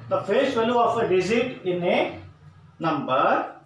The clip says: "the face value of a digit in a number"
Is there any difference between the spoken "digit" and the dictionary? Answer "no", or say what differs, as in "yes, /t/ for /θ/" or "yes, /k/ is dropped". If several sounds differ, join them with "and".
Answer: yes, /z/ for /dʒ/